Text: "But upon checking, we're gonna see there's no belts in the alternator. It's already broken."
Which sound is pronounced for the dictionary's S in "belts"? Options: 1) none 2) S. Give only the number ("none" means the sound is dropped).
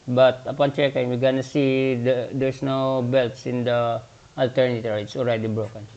2